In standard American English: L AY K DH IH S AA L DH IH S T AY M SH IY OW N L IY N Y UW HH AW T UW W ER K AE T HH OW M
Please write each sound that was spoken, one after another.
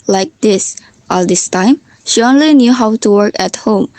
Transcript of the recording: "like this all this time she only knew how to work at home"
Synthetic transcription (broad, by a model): L AY K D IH S AA L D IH S T AY M SH IY OW N L IY N Y UW HH AW T UW W ER K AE T HH OW M